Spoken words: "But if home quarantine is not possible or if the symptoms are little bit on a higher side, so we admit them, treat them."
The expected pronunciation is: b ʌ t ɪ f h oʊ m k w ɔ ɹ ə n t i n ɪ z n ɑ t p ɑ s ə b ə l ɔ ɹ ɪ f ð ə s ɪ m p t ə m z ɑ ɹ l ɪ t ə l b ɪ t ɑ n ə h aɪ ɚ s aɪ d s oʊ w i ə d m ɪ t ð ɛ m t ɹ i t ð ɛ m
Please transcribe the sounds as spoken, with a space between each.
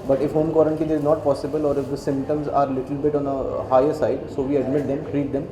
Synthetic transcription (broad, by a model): b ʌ t ɪ f h oʊ m k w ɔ ɹ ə n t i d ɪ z n ɑ t p ɑ s ə b ə l ɔ ɹ ɪ f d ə s ɪ m p t ə m z ɑ ɹ l ɪ t ə l b ɪ t ɑ n ə h aɪ ɚ s aɪ d s oʊ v i ə d m ɪ t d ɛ m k ɹ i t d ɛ m